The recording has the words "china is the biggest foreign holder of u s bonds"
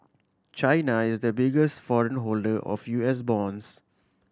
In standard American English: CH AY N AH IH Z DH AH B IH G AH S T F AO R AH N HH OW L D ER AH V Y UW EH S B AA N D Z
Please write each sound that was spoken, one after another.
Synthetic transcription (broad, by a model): CH AY N AH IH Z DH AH B IH G AH S T F AO R AH N HH OW L D ER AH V Y UW EH S B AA N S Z